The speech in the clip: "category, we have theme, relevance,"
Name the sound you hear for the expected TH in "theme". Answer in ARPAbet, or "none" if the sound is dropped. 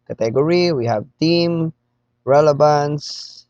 T